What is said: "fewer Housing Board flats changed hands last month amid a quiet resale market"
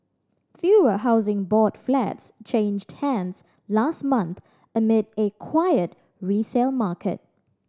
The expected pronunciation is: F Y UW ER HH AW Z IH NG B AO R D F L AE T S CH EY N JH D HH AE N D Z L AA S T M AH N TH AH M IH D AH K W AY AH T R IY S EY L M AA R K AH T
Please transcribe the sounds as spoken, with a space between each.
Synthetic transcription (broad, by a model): F Y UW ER HH AW Z IH NG B AO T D F L AE T S CH EY N JH D HH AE N D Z L AA S T M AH N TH AH M IH D AH K W AY AH T R IY S EY L M AA K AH T